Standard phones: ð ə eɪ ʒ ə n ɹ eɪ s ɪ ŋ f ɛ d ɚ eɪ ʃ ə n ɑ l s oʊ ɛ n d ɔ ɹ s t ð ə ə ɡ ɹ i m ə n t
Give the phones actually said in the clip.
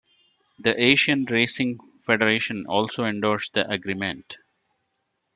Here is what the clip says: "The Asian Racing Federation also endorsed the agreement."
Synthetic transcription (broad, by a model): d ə eɪ ʃ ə n ɹ eɪ s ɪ ŋ f ɛ d ɚ eɪ ʃ ə n ɑ l s oʊ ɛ n d ɔ ɹ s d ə ə ɡ ɹ i m ə n t